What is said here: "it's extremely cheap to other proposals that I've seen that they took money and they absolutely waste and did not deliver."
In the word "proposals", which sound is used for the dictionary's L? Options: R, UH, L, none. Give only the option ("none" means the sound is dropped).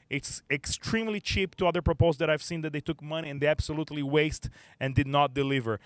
none